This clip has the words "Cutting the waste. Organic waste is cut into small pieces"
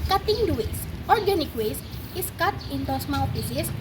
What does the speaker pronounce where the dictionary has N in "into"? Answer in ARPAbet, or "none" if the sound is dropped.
N